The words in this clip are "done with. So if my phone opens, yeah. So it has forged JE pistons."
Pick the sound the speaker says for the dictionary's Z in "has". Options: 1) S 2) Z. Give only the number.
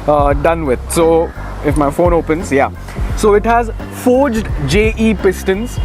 2